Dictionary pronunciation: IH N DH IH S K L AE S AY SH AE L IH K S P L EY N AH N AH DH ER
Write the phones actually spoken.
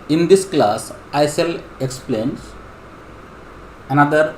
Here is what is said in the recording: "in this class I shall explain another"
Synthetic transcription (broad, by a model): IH N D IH S K L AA S AY S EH L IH K S P L EY N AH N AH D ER